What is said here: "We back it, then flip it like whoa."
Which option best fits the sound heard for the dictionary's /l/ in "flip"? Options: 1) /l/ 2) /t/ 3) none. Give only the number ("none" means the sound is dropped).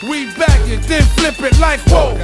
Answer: 1